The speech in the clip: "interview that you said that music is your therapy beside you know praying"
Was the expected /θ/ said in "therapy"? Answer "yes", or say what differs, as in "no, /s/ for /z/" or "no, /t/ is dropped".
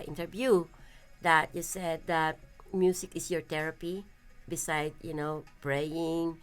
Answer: no, /t/ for /θ/